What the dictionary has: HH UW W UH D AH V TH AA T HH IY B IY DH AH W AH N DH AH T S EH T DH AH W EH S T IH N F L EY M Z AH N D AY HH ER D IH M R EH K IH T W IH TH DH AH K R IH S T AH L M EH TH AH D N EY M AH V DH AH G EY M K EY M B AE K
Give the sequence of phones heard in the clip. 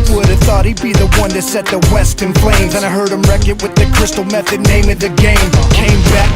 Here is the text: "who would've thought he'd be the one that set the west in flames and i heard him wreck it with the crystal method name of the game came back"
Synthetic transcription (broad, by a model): W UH D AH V TH AA T HH IY B IY DH AH W AH N DH AH T S EH T DH AH W EH S T IH N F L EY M Z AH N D AY HH ER D IH M R EH K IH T W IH DH AH K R IH S T L M EH TH AH D N EY M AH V DH AH G EY M K EY M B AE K